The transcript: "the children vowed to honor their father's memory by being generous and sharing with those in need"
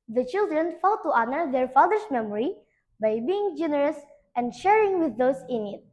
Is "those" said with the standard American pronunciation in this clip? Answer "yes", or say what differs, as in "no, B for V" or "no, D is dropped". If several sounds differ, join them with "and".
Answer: no, S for Z